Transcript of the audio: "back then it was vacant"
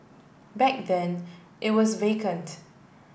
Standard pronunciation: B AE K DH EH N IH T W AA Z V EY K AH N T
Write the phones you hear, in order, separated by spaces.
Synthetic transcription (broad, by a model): B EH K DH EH N IH T W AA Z V EY K AH N T